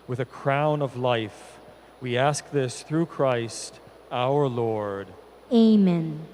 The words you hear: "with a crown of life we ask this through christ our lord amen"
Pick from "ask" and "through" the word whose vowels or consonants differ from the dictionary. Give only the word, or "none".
none